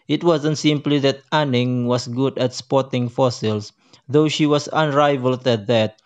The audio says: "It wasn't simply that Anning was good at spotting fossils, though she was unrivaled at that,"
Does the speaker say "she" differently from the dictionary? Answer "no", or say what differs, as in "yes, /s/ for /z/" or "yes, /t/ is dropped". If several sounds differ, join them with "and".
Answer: no